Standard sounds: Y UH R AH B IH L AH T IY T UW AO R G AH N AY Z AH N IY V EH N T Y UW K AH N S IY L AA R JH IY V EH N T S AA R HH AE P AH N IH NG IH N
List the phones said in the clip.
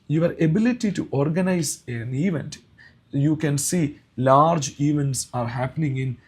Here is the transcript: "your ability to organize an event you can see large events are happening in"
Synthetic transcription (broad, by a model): Y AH R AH B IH L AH T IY T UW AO R G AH N AY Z AH N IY V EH N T Y UW K AH N S IY L AA R JH IY V EH N T S AA R HH AE P AH N IH NG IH N